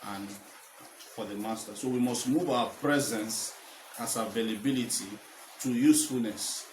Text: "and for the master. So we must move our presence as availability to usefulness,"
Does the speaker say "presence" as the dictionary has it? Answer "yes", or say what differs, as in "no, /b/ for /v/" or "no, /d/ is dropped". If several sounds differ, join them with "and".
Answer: yes